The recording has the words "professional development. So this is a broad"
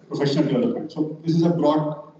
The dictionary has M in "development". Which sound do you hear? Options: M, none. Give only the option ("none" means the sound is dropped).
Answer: none